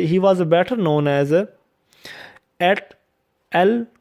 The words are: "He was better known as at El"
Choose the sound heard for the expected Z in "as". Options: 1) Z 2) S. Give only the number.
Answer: 1